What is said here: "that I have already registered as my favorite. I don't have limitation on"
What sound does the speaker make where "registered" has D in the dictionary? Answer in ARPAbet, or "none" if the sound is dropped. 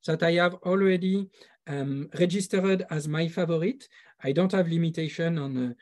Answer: D